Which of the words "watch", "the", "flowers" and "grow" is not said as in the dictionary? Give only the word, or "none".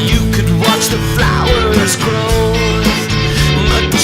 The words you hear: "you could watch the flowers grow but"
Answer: none